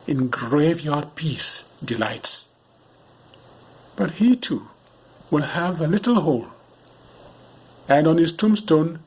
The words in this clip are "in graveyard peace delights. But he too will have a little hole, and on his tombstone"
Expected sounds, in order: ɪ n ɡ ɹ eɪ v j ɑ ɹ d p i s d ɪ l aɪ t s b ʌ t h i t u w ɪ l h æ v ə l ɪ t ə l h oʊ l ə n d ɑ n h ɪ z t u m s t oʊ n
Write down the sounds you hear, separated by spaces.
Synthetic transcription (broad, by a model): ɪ n ɡ ɹ eɪ v j ɑ ɹ d p i s d ɪ l aɪ t s b ʌ t h i t u w ɪ l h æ v ə l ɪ t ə l h oʊ l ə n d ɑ n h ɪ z t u m s t oʊ n